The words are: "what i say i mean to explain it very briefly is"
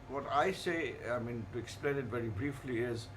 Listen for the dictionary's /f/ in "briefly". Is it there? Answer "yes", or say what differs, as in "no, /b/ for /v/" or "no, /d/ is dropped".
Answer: yes